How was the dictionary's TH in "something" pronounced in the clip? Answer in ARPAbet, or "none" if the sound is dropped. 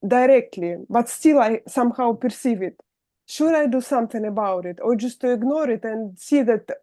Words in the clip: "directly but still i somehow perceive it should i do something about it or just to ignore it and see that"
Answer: T